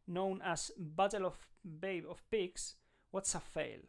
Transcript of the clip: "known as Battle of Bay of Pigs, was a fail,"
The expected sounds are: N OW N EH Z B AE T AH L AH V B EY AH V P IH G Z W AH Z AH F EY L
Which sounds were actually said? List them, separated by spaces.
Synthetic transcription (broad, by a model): N OW N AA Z B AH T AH L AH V B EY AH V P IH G S W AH S AH F EY L